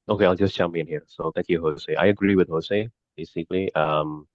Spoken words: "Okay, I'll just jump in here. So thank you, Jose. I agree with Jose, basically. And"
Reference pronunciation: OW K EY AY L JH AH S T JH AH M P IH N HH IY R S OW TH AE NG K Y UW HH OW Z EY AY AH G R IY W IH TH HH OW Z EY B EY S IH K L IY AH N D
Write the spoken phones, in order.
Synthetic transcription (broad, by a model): OW K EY AY L JH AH S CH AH M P IH N HH IY R S OW T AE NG K Y UW HH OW S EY AY AH G R IY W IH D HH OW S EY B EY S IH K L IY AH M